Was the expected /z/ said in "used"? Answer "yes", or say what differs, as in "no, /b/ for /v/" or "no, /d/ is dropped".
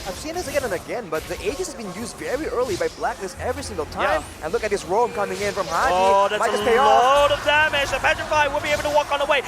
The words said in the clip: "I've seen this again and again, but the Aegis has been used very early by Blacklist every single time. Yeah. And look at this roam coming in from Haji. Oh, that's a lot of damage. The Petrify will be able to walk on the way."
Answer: yes